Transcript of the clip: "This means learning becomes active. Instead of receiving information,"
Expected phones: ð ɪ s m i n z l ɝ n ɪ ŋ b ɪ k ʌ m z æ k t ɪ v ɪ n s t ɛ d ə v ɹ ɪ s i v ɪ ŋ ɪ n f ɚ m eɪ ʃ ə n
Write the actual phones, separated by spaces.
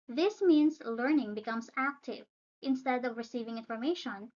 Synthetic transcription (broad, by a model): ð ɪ s m i n s l ɝ n ɪ ŋ b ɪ k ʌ m s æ k t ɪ v ɪ n s t ɛ d ə v ɹ ɪ s i v ɪ ŋ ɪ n f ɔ m eɪ ʃ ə n